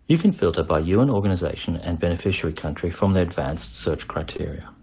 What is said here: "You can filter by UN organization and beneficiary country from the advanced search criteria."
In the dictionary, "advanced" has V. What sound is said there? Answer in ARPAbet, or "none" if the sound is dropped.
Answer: V